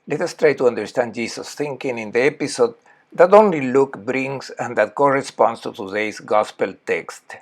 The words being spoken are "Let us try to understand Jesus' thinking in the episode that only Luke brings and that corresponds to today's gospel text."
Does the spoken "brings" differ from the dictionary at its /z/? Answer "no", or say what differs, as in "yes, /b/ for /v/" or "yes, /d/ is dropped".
yes, /s/ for /z/